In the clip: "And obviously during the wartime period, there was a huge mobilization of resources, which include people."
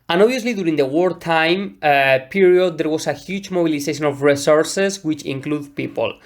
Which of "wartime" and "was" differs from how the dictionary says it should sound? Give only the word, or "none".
was